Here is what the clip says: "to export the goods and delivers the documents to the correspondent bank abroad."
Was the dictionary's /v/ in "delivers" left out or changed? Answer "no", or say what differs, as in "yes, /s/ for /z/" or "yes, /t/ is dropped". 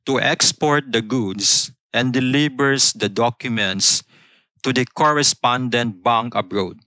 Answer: yes, /b/ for /v/